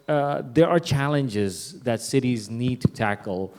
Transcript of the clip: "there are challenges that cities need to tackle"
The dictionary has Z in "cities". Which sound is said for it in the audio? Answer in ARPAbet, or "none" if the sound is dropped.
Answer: Z